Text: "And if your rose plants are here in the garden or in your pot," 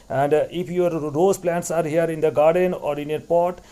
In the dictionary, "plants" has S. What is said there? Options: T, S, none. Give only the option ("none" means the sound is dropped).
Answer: S